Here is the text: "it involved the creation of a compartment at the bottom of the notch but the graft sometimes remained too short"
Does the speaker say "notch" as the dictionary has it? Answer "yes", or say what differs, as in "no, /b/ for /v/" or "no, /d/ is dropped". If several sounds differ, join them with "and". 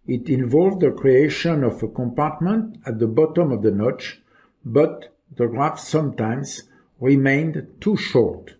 yes